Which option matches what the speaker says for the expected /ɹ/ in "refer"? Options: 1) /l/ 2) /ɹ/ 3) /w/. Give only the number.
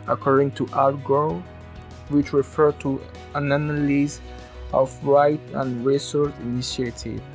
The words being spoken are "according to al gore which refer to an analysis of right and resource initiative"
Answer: 2